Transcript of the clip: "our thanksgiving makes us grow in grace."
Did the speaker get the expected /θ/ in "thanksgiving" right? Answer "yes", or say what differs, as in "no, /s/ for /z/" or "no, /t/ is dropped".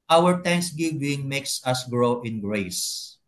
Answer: no, /t/ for /θ/